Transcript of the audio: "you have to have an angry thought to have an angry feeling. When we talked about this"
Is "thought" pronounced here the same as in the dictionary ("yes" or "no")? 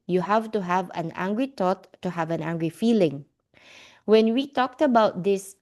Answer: no